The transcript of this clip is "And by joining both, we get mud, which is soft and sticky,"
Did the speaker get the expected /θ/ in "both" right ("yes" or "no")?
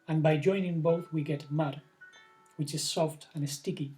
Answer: yes